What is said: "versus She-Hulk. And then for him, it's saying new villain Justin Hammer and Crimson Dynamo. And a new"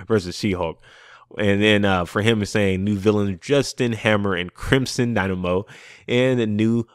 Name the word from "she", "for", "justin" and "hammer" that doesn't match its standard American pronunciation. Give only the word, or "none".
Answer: she